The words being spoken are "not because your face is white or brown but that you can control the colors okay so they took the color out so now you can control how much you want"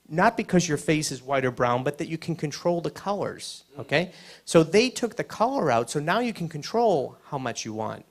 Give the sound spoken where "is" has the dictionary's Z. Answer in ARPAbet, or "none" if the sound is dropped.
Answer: Z